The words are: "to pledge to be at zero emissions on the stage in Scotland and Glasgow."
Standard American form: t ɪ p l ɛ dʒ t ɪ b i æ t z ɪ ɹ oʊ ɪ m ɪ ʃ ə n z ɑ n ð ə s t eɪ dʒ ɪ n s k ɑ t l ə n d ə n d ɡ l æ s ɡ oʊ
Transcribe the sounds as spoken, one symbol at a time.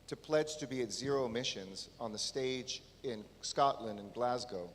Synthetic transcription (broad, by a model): t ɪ p l ɛ dʒ t ɪ b i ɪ t z ɪ ɹ oʊ ɪ m ɪ ʃ ə n z n ð ə s t eɪ dʒ ɪ n s k ɑ t l ə n d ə n ɡ l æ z ɡ oʊ